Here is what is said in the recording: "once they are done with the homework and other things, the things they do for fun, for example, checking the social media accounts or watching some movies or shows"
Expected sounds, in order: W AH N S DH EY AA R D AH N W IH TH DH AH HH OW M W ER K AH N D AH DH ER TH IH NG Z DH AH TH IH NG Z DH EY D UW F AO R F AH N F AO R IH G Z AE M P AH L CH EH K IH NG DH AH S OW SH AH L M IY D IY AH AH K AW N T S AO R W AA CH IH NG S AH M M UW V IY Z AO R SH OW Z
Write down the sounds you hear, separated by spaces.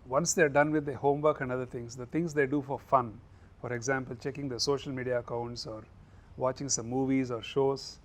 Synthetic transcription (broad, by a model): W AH N S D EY AA R D AH N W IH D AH HH OW M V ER K AH N D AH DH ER T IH NG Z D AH T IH NG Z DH EY D UW F AO R F AH N F AO R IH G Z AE M P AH L CH EH K IH NG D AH S OW SH AH L M IY D IY AH AH K AW N T S AO R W AA CH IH NG S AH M M UW V IY Z AO R SH OW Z